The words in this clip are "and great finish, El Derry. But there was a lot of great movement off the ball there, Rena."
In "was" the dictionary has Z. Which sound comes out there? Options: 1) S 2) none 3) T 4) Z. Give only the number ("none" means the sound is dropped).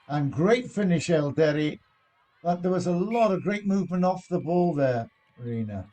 4